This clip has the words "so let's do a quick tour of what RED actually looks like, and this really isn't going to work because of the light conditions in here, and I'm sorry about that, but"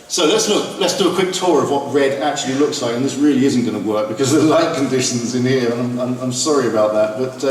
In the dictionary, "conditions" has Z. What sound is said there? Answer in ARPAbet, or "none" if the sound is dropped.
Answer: Z